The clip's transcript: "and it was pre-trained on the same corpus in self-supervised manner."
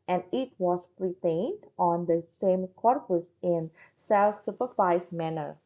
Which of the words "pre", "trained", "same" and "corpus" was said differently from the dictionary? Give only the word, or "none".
trained